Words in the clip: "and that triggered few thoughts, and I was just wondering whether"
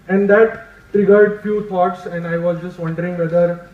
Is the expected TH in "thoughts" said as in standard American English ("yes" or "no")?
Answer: no